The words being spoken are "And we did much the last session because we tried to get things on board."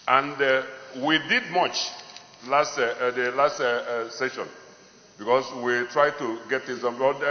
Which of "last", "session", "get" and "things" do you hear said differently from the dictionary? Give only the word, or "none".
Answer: things